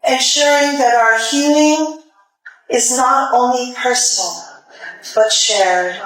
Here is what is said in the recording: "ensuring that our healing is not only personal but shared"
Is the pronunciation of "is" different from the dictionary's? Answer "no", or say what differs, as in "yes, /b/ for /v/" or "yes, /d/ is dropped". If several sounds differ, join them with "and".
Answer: no